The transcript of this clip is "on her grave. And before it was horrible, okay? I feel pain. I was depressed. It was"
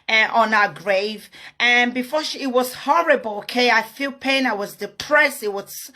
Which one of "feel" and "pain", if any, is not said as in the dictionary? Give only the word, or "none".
none